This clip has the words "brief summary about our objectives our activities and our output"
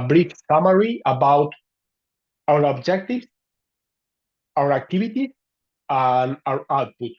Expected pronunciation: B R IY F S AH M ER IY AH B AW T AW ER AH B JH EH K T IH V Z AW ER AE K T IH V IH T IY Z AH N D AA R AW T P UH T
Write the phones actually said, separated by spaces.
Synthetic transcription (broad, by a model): B R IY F S AH M ER IY AH B AW T AW ER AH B JH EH K T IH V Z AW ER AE K T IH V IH T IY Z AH N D AA R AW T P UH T